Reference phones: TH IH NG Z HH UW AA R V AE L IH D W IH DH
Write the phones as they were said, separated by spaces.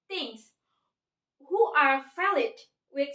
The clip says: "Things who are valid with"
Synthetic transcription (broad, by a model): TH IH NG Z HH UW AA R F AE L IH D W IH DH